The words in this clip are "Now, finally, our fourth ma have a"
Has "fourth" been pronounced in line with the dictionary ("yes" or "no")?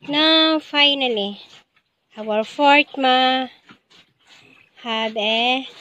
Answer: no